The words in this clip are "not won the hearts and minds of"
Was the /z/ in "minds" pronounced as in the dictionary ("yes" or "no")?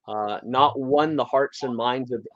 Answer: yes